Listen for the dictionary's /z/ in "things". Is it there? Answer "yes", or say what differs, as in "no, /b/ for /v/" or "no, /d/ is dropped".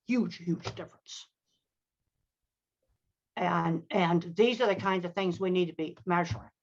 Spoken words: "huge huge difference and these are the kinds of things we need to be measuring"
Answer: yes